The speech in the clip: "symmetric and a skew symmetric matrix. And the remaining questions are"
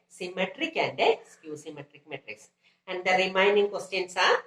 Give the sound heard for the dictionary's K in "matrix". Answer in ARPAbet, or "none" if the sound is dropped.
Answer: K